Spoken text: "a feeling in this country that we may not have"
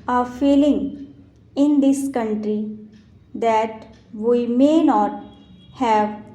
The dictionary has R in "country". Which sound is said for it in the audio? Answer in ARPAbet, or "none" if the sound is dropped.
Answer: R